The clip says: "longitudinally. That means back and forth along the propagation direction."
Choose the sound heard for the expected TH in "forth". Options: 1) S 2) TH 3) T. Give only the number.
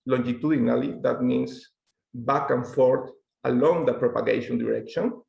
3